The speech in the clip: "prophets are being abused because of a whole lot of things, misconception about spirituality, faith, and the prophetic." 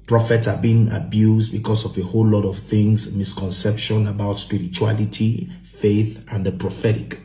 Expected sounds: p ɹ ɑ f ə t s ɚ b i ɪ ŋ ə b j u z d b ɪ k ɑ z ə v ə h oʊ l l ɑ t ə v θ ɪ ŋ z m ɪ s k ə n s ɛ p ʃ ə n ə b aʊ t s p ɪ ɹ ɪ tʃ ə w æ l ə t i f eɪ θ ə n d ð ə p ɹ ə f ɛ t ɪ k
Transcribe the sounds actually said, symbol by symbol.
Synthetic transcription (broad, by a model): p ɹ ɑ f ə t s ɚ b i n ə b j u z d b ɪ k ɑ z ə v ə h oʊ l l ɑ t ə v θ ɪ ŋ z m ɪ s k ə n s ɛ p ʃ ə n ə b aʊ t s p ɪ ɹ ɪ tʃ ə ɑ l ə t i f eɪ θ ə n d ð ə p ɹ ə f ɛ t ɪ k